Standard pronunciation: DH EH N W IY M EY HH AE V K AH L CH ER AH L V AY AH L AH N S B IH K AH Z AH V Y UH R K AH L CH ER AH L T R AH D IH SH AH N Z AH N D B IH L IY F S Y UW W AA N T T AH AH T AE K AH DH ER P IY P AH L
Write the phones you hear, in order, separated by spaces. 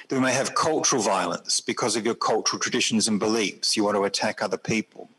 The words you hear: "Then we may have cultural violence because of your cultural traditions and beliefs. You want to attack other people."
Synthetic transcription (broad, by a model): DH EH M EY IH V K AH L CH ER AH L V AY AH L AH N S B IH K AH Z AH V Y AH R K AH L CH ER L T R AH D IH SH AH N Z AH N B IH L IY F S Y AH W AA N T T AH AH T AE K AH DH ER P IY P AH L